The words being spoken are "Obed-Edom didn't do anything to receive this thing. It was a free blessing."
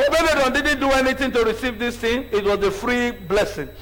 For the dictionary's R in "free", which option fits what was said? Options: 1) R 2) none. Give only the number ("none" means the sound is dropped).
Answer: 1